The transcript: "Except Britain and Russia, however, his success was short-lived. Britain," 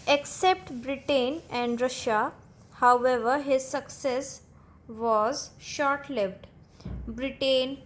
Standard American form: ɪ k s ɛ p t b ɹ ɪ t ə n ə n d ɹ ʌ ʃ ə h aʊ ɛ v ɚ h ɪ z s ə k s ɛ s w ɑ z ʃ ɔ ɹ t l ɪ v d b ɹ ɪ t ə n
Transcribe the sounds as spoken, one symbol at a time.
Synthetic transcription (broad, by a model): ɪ k s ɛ p t b ɹ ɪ t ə n ə n d ɹ ʌ ʃ ə h aʊ ɛ v ɚ h ɪ z s ə k s ɛ s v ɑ z ʃ ɔ ɹ t l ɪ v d b ɹ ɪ t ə n